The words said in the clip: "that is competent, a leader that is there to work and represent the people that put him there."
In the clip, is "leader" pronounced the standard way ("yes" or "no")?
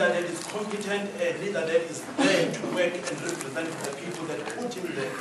no